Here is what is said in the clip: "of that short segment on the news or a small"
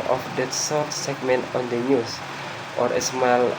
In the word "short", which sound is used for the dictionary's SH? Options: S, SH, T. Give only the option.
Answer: S